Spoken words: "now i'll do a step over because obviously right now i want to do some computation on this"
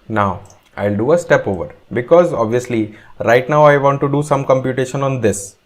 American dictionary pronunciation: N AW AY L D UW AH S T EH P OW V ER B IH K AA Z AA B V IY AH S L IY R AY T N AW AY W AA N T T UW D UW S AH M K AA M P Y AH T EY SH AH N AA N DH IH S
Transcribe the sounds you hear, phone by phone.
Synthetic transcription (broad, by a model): N AW AY L D UW AH S T EH P OW V ER B IH K AA Z AA B V IY AH S L IY R AY T N AW AY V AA N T T UW D UW S AH M K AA M P Y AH T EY SH AH N AA N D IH S